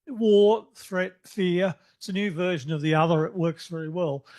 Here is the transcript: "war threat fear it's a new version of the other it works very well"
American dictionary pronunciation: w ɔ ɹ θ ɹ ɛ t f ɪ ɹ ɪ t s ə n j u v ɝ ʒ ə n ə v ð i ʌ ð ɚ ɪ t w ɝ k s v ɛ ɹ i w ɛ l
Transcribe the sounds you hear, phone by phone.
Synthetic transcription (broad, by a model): w ɔ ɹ θ ɹ ɛ t f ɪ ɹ ɪ t s ə n j u v ɝ ʒ ə n ə v ð i ʌ ð ɚ ɪ t w ɝ k s v ɛ ɹ i w ɛ l